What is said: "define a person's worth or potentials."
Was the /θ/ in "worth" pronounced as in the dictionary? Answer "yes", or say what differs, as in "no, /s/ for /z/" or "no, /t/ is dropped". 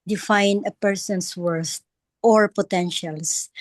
no, /t/ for /θ/